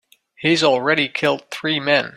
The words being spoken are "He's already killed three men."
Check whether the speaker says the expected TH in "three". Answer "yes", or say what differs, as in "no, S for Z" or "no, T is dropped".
yes